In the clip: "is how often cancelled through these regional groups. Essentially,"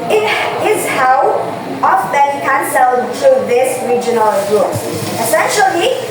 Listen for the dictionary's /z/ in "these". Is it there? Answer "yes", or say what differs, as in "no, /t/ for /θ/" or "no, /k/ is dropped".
no, /s/ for /z/